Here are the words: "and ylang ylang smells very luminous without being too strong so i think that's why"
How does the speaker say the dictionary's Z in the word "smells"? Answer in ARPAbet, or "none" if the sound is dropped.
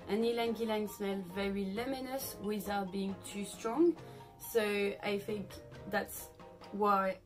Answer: none